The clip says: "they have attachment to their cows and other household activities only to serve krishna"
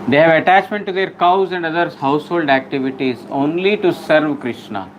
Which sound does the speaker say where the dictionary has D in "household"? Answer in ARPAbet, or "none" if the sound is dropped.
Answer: D